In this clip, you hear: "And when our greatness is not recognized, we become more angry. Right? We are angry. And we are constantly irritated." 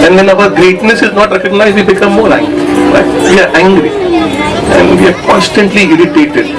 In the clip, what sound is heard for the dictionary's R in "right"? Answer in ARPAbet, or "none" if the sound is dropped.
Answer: L